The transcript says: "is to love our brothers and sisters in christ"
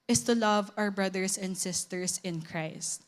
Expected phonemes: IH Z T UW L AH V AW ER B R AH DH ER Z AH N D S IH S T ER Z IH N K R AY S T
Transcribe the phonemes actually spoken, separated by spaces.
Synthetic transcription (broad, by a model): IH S T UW L AH V AW ER B R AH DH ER S AH N D S IH S T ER S IH N K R AY S T